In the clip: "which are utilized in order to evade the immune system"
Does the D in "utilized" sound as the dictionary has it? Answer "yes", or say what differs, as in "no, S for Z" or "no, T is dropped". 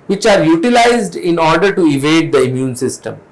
yes